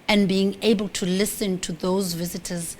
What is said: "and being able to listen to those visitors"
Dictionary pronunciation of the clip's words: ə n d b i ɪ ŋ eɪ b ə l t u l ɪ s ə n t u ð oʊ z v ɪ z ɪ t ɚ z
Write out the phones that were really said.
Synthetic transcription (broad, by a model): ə n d b i ɪ ŋ eɪ b ə l t u l ɪ s ə n t u ð oʊ z v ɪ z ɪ t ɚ z